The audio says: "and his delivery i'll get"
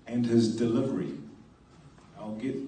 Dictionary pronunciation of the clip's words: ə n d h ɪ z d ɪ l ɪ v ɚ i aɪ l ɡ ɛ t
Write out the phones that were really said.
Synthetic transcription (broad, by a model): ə n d h ɪ z d ɪ l ɪ v ɚ i aɪ l ɡ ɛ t